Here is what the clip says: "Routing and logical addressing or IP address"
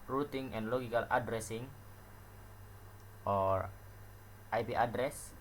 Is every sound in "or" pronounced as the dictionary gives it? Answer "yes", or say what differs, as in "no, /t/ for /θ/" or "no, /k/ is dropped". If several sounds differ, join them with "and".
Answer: yes